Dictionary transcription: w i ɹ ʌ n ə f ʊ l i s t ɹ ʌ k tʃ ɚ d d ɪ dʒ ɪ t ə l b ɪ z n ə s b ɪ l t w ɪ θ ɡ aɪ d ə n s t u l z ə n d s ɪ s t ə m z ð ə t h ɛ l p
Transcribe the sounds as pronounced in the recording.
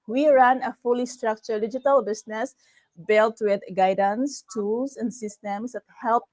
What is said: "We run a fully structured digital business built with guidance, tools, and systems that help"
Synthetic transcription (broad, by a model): w i ɹ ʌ n ə f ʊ l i s t ɹ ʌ k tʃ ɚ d d ɪ dʒ ɪ t ə l b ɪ s n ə s b ɪ l t w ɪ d ɡ aɪ d ə n s t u l s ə n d s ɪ s t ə m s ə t h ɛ l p